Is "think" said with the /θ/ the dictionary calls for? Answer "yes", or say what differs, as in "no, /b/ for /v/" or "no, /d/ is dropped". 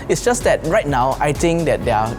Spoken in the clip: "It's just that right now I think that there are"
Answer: no, /t/ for /θ/